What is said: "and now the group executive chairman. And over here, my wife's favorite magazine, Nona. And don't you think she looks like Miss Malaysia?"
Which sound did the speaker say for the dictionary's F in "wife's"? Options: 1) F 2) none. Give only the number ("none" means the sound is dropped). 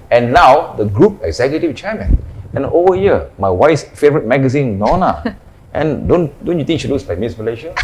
2